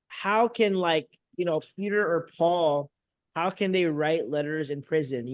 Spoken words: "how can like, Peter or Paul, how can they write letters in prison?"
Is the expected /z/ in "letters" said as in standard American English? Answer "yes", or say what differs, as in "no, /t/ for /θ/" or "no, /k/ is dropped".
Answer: yes